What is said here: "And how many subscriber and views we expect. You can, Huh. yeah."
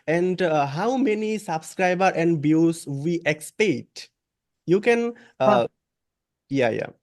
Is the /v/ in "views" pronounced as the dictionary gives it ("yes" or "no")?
no